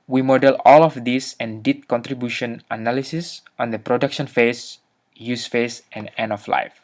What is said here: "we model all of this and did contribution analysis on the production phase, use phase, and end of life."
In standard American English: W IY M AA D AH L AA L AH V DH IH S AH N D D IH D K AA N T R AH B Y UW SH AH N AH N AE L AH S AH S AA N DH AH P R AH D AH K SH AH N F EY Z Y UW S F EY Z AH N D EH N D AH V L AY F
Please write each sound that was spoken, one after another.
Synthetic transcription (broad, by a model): W IY M AA D AH L AA L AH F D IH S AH N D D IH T K AA N T R AH B Y UW SH AH N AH N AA L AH S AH S AA N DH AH P R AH D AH K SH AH N F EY S Y UW S F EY S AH N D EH N AH F L AY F